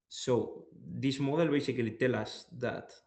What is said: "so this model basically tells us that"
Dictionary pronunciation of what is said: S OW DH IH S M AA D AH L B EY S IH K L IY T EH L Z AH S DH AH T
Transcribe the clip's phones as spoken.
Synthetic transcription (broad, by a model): S OW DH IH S M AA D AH L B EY S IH K L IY T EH L AH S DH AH T